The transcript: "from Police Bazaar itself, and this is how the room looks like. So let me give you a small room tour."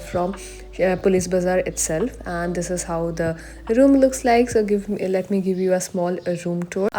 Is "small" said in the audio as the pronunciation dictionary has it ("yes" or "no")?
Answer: yes